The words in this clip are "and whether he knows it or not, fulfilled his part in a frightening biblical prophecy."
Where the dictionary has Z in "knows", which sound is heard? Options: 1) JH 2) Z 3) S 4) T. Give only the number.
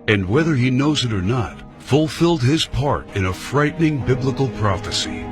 2